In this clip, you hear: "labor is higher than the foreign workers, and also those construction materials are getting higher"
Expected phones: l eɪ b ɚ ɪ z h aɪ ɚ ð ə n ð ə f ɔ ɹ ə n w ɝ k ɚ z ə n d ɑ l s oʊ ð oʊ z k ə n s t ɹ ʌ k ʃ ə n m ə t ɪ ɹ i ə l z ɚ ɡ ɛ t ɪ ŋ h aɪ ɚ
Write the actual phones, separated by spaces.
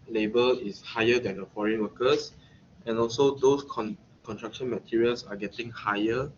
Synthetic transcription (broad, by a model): l eɪ b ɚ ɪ s h aɪ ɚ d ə n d ə f ɔ ɹ ə n w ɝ k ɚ s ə n ɑ l s oʊ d oʊ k k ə n t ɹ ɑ k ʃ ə n m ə t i ɹ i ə l s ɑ ɡ ɛ t ɪ ŋ h aɪ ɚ